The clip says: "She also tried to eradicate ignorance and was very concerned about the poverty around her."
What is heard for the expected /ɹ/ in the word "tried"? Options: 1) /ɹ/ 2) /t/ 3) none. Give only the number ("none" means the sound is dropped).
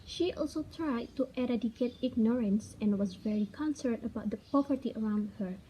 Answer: 1